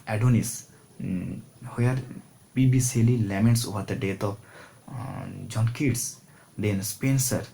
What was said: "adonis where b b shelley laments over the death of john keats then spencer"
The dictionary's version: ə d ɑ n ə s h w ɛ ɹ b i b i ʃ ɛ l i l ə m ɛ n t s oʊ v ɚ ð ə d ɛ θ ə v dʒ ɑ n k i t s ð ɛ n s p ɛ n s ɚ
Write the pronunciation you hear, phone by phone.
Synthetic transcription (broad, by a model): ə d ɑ n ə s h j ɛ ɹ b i b i s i l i l ə m ɛ n t s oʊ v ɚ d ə d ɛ t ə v dʒ ɑ n k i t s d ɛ n s p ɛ n s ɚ